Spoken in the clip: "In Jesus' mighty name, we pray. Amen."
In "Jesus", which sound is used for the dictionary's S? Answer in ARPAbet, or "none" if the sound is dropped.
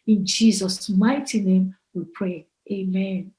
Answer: S